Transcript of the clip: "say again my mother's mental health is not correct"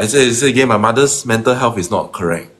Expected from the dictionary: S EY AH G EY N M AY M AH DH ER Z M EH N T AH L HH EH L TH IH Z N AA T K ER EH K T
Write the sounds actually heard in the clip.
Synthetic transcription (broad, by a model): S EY AH G EY N M AY M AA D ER S M EH N T AH L HH EH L F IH S N AA T K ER EH K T